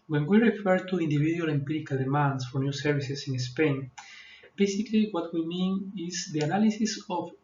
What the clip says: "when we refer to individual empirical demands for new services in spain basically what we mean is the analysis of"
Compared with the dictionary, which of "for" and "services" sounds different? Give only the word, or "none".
services